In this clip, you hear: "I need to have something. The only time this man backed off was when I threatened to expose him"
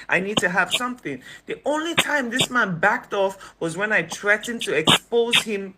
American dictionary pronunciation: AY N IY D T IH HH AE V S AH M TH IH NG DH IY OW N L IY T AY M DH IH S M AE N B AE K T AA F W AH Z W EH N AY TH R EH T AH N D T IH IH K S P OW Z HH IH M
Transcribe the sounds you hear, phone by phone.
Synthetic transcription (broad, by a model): AY N IY D T IH HH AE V S AH M TH IH NG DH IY OW N L IY T AY M DH IH S M AE N B AE K T AA F W AH Z W EH N AY T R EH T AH N T IH IH K S P OW Z HH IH M